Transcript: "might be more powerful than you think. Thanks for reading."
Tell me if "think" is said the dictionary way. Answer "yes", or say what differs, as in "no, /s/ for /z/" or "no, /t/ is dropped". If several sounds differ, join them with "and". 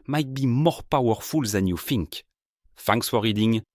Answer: no, /f/ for /θ/